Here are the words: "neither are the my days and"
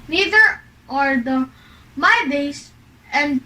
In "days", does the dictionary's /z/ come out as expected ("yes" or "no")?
no